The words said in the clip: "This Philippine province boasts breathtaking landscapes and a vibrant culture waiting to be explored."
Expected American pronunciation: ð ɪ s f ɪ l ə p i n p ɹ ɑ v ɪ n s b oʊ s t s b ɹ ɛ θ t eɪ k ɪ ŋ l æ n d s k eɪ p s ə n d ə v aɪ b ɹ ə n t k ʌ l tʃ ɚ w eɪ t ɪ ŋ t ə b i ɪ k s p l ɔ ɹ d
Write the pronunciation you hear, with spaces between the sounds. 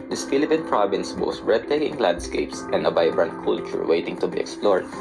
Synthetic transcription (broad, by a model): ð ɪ s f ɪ l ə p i n p ɹ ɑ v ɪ n s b oʊ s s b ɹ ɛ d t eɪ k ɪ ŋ l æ n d s k eɪ p s ə n d ə b aɪ b ɹ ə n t k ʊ l tʃ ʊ w eɪ t ɪ ŋ t ə b i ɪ k s p l ɔ ɹ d